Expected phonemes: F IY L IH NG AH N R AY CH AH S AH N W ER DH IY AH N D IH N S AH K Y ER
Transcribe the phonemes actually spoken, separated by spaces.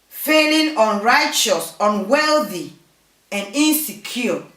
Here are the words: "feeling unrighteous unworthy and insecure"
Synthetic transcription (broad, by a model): F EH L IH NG AH N R AY CH AH S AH N W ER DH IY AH N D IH N S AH K Y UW